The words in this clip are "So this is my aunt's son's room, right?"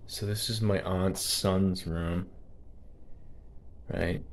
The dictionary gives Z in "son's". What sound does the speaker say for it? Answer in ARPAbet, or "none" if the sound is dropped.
Z